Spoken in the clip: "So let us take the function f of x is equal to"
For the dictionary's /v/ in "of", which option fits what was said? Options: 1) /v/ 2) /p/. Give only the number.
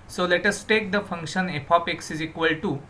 2